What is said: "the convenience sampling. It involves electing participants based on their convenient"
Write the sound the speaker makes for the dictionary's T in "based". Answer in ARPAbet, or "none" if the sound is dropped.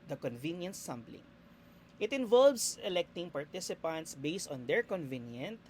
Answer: T